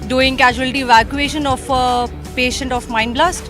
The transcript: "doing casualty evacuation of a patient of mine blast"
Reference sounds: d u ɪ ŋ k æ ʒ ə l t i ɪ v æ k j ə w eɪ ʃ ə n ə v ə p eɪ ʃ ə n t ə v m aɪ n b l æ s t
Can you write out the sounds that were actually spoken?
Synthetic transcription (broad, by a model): d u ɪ ŋ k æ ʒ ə l t i v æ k j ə eɪ ʃ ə n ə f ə p eɪ ʃ ə n t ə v m aɪ n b l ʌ s t